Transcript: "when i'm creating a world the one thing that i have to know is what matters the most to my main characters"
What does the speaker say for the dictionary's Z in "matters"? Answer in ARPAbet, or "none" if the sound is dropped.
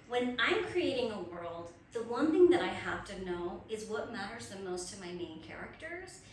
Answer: Z